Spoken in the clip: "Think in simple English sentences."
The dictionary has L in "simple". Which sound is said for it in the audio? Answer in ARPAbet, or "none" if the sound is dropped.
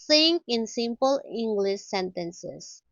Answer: L